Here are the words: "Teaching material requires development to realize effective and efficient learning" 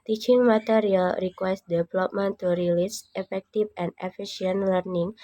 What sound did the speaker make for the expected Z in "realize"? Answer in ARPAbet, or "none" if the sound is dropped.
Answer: S